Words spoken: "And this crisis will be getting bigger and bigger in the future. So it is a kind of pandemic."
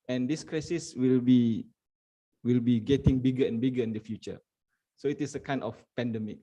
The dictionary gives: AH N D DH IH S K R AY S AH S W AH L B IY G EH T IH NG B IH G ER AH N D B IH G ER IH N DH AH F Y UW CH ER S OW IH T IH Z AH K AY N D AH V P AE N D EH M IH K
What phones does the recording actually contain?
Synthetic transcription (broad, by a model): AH N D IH S K R AY S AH S W AH L B IY G EH T IH NG B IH G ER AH N B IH G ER IH N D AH F Y UW CH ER S OW IH T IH S AH K AY N AH F P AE N D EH M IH K